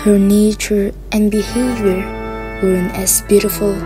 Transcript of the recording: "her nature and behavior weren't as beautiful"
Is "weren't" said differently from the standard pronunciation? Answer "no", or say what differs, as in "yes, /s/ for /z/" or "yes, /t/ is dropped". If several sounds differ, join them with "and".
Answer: yes, /t/ is dropped